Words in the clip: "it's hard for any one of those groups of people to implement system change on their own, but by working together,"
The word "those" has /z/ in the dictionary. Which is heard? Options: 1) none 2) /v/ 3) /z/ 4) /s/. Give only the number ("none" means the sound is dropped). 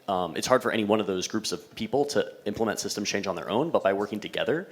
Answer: 3